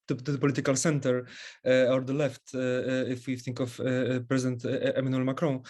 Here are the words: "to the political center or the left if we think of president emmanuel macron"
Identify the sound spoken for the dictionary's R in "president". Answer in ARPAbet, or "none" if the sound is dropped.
R